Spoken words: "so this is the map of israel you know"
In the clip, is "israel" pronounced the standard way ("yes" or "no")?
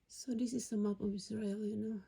no